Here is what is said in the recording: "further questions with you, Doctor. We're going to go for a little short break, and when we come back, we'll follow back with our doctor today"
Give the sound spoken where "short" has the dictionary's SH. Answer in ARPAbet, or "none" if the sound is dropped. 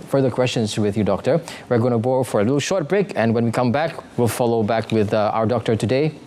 SH